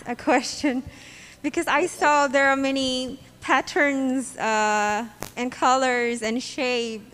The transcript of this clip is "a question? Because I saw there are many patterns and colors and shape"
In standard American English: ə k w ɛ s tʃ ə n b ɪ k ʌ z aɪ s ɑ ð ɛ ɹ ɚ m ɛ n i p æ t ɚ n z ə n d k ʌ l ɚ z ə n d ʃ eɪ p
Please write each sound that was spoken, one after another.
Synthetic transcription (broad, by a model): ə k w ɛ s tʃ ə n b ɪ k ʌ z aɪ s ɑ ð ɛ ɹ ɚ m ɛ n i p æ t ɚ n z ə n k ʌ l ɚ z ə n ʃ eɪ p